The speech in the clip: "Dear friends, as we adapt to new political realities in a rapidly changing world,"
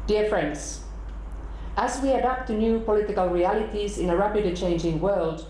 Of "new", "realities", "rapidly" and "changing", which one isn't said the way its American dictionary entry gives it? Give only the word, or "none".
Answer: rapidly